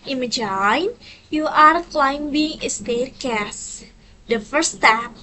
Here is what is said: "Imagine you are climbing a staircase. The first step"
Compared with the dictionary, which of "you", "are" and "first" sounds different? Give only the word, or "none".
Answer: first